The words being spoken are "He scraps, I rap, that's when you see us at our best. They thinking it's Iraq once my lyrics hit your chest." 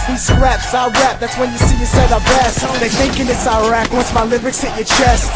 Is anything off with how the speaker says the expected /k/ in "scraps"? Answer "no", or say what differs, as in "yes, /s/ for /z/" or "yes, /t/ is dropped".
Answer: yes, /k/ is dropped